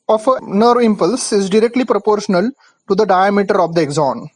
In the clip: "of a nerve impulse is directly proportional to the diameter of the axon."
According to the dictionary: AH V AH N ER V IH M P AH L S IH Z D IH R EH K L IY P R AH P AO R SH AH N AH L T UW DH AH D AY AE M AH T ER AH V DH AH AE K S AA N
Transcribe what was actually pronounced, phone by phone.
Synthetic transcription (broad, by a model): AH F AH N ER V IH M P AH L S IH Z D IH R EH K L IY P R AH P AO R SH AH N AH L T UW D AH D AY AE M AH T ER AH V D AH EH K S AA N